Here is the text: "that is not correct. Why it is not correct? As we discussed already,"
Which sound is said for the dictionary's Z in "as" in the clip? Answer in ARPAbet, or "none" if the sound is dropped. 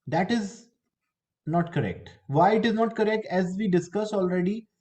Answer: Z